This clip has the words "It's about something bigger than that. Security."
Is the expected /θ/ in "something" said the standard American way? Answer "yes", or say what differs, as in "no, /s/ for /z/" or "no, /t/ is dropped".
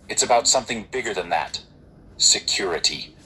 yes